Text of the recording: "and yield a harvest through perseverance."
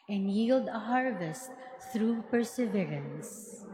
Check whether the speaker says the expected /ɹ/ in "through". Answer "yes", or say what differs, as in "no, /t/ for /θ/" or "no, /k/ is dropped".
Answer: yes